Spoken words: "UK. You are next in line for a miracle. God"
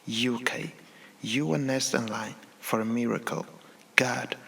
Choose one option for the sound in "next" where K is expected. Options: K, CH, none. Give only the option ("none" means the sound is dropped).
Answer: none